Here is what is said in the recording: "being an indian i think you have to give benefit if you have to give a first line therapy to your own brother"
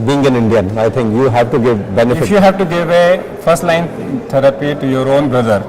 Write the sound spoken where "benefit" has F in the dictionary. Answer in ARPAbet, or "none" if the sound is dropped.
none